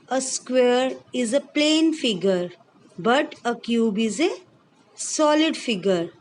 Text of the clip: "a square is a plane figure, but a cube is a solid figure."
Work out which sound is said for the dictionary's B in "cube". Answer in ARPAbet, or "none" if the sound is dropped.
B